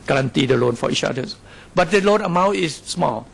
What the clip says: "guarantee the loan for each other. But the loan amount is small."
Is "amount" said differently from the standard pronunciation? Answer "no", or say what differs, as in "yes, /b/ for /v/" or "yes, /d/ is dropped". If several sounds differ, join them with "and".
yes, /n/ is dropped